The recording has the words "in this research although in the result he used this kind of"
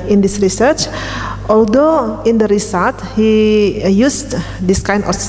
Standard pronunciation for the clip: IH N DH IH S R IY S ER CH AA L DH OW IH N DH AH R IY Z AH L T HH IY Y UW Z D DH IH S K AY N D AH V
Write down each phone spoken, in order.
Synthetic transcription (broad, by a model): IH N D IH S R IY S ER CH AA L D OW IH N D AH R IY S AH T HH IY Y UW S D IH S K AY N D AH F